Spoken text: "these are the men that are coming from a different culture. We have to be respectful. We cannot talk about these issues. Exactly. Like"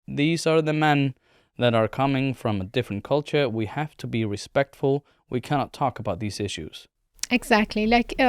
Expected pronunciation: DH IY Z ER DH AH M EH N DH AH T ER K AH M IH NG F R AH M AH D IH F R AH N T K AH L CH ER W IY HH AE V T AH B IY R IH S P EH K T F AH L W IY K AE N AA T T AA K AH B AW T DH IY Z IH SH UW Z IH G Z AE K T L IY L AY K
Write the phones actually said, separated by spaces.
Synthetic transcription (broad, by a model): DH IY Z ER DH AH M EH N DH AH T ER K AH M IH NG F R AH M AH D IH F R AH N K AH L CH ER W IY HH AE F T AH B IY R IH S P EH K T F AH L W IY K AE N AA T T AA K AH B AW T DH IY Z IH SH UW Z IH G Z AE K T L IY L AY K